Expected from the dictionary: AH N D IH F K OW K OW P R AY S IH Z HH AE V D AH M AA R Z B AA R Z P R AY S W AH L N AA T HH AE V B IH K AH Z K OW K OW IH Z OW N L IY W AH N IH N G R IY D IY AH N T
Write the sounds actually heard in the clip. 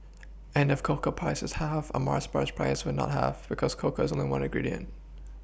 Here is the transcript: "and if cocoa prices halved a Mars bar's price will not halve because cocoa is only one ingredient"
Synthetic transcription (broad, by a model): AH N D IH F K OW K OW P R AY S IH Z HH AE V AH M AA R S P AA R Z P R AY S W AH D N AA T HH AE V B IH K AH Z K OW K OW IH Z OW N L IY W AH N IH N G R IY D IY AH N T